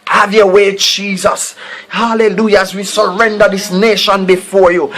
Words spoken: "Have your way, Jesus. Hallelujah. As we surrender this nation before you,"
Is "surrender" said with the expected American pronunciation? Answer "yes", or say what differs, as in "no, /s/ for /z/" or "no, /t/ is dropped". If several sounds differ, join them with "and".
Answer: yes